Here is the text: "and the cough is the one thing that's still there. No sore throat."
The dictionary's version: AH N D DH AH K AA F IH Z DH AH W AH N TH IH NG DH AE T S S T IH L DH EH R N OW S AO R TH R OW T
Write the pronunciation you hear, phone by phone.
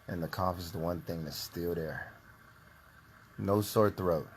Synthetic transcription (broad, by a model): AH N DH AH K AA F IH Z DH AH W AH N TH IH NG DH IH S S T IH L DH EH R N OW S AO R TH R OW T